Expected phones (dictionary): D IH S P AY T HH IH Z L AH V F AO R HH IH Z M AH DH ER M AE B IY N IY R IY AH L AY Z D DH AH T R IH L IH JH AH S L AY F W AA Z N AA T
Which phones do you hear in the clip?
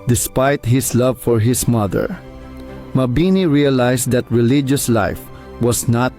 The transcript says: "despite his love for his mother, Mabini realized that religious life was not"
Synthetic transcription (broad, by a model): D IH S P AY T HH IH S L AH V F AO R HH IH S M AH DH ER M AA B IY N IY R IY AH L AY S D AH T R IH L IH JH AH S L AY F W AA S N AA T